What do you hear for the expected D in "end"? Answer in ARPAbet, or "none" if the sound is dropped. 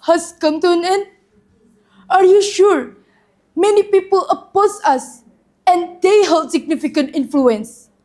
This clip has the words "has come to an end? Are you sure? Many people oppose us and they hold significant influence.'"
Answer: none